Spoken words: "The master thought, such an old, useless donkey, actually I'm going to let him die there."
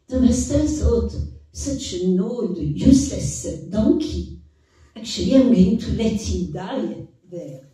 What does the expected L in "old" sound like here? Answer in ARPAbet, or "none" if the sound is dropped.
none